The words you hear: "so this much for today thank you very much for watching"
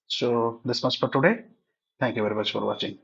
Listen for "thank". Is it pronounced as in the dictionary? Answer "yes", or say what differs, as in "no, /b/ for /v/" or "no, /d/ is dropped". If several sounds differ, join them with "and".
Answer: no, /t/ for /θ/